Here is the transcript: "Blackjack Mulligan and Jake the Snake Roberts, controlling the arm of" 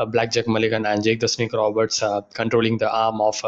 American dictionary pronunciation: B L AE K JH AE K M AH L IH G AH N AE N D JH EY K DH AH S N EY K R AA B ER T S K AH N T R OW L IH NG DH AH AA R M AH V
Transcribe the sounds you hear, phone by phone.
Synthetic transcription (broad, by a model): B L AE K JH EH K M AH L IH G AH N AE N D JH EY K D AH S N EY K R AA B ER T S K AH N T R OW L IH NG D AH AA R M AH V